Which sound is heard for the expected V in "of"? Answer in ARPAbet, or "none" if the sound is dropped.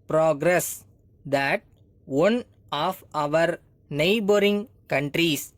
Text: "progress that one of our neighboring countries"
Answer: V